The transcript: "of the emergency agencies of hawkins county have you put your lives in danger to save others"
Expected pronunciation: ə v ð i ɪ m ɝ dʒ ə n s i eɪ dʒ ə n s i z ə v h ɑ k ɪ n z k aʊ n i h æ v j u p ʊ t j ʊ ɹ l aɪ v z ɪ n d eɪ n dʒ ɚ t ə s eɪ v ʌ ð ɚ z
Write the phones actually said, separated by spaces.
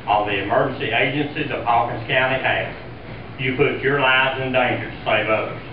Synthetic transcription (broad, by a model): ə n ð i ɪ m ɝ dʒ n s i eɪ dʒ ə n s i z ə v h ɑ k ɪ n s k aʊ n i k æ j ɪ p ʊ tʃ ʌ ɹ l aɪ v z ɪ n d eɪ n dʒ ɚ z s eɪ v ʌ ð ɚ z